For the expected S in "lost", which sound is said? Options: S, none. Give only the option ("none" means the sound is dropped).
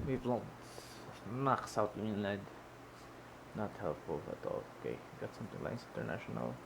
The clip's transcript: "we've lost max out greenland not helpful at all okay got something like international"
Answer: none